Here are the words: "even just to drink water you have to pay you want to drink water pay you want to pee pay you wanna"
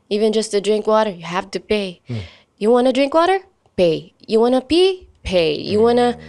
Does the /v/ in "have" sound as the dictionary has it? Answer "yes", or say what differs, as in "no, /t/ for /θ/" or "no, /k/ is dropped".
no, /f/ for /v/